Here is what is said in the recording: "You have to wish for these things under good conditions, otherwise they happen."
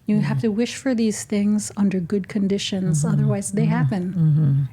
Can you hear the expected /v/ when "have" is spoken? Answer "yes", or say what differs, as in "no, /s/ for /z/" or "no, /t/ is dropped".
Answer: no, /f/ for /v/